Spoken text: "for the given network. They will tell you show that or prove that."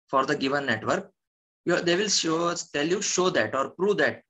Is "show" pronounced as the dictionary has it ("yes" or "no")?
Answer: yes